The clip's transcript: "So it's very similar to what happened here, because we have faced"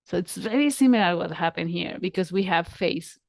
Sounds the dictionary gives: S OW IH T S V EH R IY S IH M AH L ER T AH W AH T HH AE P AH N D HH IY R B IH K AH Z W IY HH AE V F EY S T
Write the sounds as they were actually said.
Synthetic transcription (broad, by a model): S OW IH T S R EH L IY S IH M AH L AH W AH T HH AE P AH N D HH IY R B IH K AH Z W IY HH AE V F EY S